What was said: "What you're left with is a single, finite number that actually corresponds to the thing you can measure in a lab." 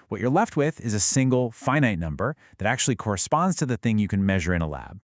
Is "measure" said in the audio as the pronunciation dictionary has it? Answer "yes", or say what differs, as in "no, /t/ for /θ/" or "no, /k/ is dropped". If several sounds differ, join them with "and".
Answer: yes